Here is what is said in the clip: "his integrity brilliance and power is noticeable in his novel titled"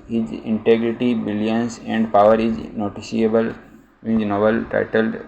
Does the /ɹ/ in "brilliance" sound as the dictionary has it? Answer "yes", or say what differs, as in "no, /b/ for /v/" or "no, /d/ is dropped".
no, /ɹ/ is dropped